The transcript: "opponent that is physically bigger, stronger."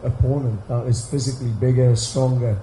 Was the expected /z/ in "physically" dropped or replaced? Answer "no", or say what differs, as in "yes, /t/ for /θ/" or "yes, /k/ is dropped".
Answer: no